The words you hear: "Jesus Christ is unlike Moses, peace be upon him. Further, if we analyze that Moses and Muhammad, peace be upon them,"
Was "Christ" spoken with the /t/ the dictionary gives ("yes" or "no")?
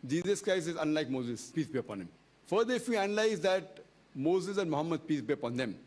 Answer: no